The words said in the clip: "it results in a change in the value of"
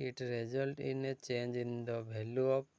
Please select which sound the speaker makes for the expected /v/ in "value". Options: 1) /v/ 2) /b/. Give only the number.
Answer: 2